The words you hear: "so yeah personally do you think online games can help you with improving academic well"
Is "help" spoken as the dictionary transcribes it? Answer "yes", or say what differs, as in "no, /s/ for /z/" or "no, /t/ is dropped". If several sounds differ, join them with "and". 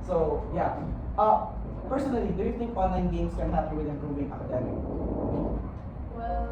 no, /l/ is dropped